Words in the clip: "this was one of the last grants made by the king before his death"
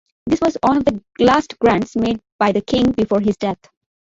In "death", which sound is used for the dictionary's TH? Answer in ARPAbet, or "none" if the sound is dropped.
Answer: T